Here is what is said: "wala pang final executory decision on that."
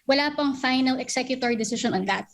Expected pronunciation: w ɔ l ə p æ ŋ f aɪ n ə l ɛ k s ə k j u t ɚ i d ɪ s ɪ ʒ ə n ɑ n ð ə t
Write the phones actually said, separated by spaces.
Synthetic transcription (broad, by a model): w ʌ l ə p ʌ ŋ f aɪ n ə l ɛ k s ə k j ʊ t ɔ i d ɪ s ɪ ʃ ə n ɑ n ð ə t